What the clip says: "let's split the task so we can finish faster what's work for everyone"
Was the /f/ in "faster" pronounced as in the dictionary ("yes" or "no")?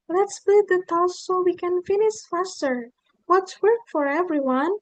yes